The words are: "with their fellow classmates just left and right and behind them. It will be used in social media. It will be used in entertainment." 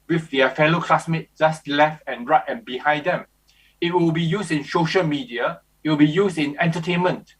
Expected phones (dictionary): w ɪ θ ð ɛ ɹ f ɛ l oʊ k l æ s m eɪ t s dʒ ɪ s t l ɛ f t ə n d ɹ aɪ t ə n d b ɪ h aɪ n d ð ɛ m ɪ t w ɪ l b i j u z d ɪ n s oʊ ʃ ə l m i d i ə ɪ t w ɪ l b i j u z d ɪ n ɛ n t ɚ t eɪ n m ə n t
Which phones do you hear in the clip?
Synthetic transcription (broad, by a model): w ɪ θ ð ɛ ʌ f ɛ l oʊ k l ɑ s m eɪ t dʒ ɪ s t l ɛ f t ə n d ɹ aɪ t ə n b ɪ h aɪ n d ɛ m ɪ t w ɪ l b i j u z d ɪ n s oʊ ʃ ə l m i d i ə ɪ t w ɪ l b i j u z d ɪ n ɛ n t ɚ t eɪ n m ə n t